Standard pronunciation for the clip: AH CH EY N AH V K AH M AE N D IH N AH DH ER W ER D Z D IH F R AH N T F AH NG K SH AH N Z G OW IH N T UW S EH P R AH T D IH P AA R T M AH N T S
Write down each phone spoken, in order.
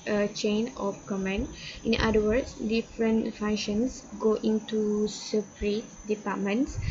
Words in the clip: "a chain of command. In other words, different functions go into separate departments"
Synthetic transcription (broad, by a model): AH CH EY N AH F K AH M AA N IH N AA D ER W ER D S D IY F R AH N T F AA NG SH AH N S G OW IH N T UW S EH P R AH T D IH P AA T M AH N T S